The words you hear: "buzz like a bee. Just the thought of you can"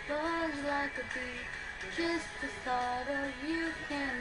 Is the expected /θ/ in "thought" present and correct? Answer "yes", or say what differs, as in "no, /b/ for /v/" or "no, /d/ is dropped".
no, /s/ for /θ/